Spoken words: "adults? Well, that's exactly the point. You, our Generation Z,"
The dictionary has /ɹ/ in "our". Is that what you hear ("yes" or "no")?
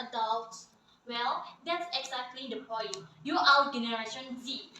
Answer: no